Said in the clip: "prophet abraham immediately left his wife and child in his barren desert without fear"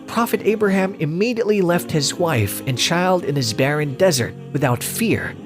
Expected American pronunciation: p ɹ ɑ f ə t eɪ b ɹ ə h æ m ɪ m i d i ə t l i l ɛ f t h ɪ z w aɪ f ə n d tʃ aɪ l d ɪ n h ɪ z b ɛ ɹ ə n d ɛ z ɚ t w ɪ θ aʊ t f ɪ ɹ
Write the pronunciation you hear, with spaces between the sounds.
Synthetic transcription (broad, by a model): p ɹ ɑ f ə t eɪ b ɹ ə h æ m ɪ m i d i ə t l i l ɛ f t h ɪ z w aɪ f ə n tʃ aɪ l d ɪ n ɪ z b ɛ ɹ ə n d ɛ z ɚ t w ɪ θ aʊ t f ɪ ɹ